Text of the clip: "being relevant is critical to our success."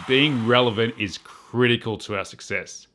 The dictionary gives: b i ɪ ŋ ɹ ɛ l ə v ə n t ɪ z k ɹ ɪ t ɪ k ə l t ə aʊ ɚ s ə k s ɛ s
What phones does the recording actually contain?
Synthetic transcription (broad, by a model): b i ɪ ŋ ɹ ɛ l ə v ə n t ɪ z k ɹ ɪ t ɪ k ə l t ə aʊ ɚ s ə k s ɛ s